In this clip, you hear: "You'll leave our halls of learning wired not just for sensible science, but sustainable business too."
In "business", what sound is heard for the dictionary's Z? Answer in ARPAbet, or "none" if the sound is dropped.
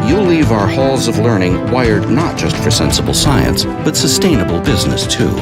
Z